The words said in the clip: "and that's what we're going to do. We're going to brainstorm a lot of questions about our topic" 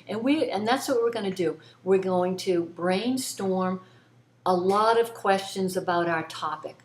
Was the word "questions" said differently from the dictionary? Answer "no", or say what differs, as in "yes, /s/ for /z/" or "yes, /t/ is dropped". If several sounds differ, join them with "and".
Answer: no